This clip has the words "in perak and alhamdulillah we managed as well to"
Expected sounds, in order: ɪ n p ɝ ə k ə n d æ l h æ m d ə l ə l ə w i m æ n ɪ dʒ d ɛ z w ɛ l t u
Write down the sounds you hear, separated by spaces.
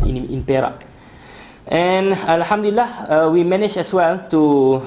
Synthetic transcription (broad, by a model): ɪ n p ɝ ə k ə n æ l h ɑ m d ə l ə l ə w i m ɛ n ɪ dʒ ɛ s w ɛ l t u